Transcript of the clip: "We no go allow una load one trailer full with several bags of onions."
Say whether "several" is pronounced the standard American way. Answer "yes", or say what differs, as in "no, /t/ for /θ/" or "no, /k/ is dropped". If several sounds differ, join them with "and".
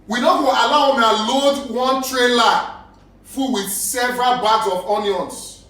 yes